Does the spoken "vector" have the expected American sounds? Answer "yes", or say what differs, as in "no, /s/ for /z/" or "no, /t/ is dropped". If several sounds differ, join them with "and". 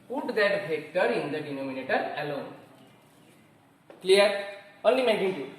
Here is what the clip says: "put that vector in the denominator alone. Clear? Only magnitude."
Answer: no, /b/ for /v/